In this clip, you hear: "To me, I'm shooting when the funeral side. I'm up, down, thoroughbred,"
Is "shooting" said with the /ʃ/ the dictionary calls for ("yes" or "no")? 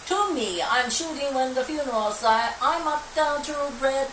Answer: yes